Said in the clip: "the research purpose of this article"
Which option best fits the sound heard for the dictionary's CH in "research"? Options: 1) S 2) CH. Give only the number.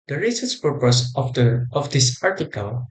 1